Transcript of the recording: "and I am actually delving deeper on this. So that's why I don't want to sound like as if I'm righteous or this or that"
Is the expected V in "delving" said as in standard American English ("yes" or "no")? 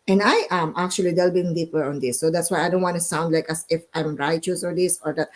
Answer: no